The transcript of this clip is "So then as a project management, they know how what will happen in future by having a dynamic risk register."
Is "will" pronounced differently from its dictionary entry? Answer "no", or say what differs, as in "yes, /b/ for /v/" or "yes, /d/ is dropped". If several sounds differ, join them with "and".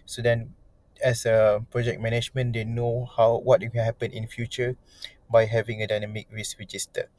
yes, /n/ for /l/